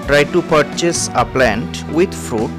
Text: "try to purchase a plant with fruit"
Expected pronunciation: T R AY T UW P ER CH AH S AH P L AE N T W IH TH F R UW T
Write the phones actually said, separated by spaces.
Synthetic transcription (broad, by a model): T R AY T UW P ER CH AH S AH P L AE N T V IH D F R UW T